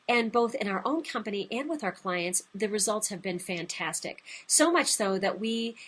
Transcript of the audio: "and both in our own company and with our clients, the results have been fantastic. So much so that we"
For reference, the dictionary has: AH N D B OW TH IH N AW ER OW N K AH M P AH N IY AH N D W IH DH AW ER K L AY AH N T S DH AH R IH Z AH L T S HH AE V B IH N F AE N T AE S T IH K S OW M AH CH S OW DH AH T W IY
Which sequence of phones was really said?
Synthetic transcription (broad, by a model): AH N B OW TH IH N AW ER OW N K AH M P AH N IY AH N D W IH DH AW ER K L AY AH N T S DH AH R IH Z AH L T S HH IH V B IH N F AE N T AE S T IH K S OW M AH CH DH OW DH AH T W IY